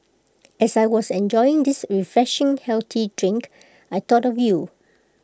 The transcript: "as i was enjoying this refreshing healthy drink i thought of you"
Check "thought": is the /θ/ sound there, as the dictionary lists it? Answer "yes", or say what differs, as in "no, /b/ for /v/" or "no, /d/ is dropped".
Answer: no, /t/ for /θ/